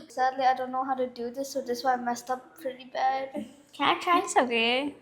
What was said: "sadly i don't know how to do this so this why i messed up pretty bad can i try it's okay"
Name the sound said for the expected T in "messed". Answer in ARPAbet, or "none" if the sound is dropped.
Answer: T